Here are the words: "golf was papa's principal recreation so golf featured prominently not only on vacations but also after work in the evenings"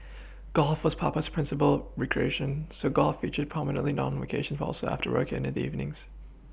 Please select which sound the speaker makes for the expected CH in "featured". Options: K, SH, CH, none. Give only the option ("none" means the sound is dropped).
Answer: CH